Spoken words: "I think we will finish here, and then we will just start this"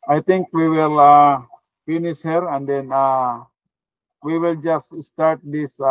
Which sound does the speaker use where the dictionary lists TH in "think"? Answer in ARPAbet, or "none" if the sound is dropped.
T